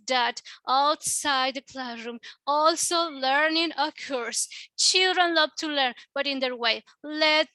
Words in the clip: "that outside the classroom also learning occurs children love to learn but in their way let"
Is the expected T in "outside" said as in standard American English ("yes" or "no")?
yes